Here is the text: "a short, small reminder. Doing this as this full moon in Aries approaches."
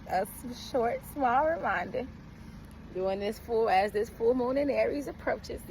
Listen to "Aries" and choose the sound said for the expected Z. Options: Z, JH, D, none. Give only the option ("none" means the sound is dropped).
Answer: Z